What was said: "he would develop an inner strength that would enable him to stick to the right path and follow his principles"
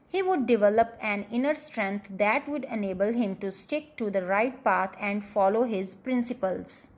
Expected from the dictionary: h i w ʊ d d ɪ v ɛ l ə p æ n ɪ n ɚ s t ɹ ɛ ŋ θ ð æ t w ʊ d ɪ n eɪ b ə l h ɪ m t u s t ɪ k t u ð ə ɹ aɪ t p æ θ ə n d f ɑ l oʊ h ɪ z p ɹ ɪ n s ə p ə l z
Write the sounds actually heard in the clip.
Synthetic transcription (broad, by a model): h i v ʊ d d ɪ v ɛ l ə p æ n ɪ n ɚ s t ɹ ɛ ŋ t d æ t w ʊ d ɪ n eɪ b ə l h ɪ m t u s t ɪ k t u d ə ɹ aɪ t p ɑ t ə n d f ɑ l oʊ h ɪ z p ɹ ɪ n s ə p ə l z